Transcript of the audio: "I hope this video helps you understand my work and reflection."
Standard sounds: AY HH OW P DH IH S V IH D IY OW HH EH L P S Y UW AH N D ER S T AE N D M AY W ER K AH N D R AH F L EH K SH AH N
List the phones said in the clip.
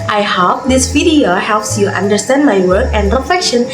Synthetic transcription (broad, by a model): AY HH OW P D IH S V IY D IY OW HH EH L P S Y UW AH N D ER S T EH N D M AY W ER K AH N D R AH F L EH K SH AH N